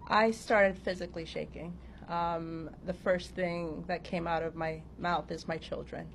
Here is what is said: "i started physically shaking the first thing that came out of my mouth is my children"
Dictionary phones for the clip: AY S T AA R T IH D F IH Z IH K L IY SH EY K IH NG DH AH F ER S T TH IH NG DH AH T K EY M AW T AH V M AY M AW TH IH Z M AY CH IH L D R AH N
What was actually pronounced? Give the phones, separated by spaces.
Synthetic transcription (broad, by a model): AY S T AA R T IH D F IH Z IH K L IY SH EY K IH NG DH AH F ER S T TH IH NG DH AH T K EY M AW T AH V M AY M AW TH IH Z M AY CH IH L D R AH N